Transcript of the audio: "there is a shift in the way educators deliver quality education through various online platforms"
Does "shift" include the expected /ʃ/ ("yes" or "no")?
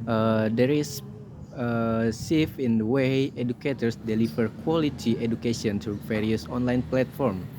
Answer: no